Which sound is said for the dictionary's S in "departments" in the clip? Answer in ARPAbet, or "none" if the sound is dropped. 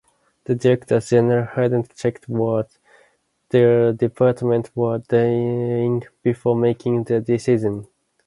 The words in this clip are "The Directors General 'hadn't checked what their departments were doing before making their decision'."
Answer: none